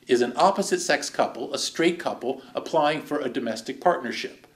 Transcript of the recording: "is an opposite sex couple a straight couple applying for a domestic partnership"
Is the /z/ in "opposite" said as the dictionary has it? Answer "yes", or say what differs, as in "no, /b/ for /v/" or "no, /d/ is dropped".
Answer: yes